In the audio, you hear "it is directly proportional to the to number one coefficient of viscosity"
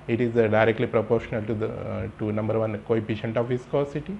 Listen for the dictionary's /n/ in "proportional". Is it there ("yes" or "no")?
yes